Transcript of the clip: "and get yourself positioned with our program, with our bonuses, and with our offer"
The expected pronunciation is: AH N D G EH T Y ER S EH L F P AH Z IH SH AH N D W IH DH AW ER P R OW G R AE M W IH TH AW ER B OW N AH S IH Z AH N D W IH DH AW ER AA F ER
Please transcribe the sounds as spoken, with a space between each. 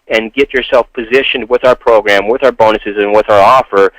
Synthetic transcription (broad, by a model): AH N G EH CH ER S EH L F P AH Z IH SH AH N D W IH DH AW ER P R OW G R AE M W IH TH AW ER B OW N AH S IH Z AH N W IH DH AW ER AA F ER